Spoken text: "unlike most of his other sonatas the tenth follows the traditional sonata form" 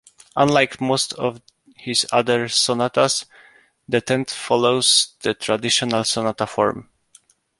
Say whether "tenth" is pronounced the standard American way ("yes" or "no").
no